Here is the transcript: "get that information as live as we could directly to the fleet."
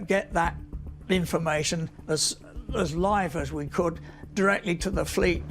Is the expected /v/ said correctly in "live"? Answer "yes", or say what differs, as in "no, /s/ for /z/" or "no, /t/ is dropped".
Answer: yes